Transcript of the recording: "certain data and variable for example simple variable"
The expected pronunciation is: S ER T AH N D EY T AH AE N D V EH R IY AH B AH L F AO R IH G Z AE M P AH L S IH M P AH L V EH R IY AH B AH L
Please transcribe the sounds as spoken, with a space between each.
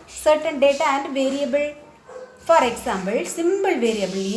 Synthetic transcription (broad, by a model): S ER T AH N D EY T AH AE N D V EH R IY AH B AH L F AO R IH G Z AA M B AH L S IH M B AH L V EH R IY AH B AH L